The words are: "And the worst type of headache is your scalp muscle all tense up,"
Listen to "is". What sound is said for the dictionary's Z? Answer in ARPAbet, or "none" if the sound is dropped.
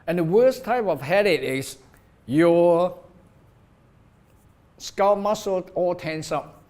S